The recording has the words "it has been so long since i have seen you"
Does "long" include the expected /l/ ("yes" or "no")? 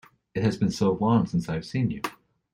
no